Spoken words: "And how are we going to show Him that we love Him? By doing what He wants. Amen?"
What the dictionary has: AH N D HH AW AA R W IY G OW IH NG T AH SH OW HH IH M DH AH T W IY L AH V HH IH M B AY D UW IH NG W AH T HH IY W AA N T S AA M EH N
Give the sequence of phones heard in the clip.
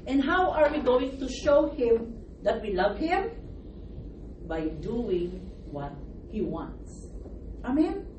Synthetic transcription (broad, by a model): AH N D HH AW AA R W IY G OW IH NG T AH SH OW HH IH M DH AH T W IY L AH V HH IH M B AY D UW IH NG W AH T HH IY W AA N T S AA M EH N